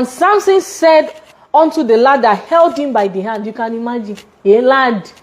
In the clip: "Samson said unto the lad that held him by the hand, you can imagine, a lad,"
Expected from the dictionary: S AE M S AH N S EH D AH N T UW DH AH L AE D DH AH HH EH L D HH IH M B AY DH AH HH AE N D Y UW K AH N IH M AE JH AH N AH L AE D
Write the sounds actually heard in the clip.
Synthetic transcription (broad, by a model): S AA M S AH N S EH D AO N T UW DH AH L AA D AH HH EH L D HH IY M B AY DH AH HH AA N D Y UW K AH N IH M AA JH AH N AH L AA D